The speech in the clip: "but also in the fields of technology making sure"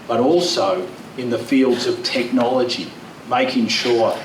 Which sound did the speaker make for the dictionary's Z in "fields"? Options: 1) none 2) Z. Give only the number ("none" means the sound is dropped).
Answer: 2